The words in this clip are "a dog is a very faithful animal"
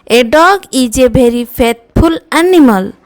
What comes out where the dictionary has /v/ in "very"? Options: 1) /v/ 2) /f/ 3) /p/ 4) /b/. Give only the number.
4